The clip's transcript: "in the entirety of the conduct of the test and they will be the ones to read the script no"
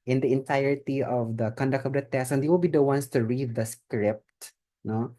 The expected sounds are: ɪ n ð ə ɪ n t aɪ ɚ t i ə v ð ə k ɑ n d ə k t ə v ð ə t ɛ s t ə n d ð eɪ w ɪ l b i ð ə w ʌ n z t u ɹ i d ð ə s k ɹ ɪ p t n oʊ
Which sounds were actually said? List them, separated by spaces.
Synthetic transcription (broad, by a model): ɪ n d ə ɪ n t aɪ ɚ t i ə v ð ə k ɑ n d ə k t ə v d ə t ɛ s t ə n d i w ɪ l b i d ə w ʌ n s t u ɹ i d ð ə s k ɹ ɪ p t n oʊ